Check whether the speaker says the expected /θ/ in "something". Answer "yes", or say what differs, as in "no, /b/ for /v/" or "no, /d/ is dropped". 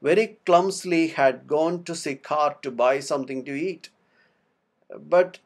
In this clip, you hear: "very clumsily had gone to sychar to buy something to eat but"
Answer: no, /t/ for /θ/